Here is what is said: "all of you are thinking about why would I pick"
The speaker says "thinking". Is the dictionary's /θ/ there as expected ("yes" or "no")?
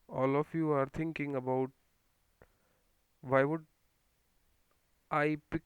no